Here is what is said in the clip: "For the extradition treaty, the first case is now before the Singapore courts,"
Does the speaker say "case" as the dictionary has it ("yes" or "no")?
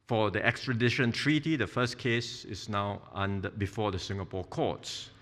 yes